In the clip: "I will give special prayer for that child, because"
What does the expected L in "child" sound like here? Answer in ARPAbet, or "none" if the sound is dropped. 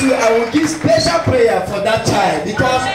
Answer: L